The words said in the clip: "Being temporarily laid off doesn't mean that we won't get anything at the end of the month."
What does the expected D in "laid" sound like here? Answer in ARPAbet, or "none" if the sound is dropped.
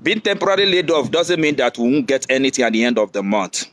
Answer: D